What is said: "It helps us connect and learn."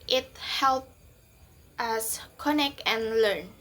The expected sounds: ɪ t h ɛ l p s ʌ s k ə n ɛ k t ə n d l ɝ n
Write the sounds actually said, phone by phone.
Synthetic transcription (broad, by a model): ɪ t h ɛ l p ʌ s k ə n ɛ k t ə n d l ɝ n